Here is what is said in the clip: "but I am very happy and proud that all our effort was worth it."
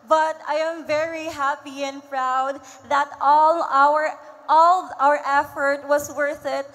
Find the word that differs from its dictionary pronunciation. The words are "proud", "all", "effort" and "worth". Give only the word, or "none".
none